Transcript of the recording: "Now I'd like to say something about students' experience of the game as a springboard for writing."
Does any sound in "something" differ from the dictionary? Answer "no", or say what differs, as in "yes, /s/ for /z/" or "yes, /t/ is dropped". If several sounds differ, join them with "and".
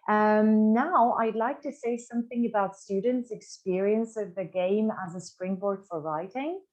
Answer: no